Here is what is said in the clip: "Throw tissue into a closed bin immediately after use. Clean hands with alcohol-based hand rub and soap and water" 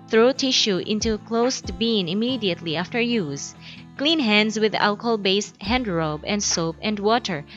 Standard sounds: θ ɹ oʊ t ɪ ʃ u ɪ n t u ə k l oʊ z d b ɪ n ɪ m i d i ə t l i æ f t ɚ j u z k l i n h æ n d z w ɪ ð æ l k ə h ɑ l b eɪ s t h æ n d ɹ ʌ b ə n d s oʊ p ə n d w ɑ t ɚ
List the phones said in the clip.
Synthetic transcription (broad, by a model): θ ɹ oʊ t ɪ ʃ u ɪ n t u k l oʊ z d b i n ɪ m i d i ə t l i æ f t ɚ j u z k l i n h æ n d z w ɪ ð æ l k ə h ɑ l b eɪ s t h æ n d ɹ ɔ b ə n d s oʊ p ə n d w ɑ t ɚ